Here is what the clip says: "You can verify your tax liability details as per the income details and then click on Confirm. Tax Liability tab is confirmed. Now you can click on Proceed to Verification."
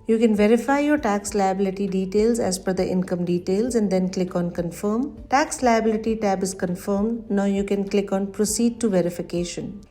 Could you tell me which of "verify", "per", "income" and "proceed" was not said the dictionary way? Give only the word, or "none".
per